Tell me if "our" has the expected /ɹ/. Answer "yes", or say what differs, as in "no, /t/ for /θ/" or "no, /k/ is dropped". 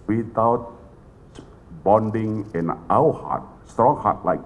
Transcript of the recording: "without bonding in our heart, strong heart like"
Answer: no, /w/ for /ɹ/